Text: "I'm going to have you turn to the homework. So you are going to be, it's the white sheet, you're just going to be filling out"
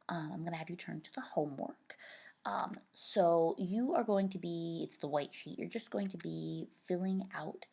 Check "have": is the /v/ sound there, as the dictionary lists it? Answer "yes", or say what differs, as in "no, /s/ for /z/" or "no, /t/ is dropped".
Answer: yes